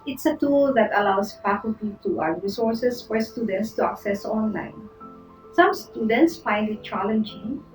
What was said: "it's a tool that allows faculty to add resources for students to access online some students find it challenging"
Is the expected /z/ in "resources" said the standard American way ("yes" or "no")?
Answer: no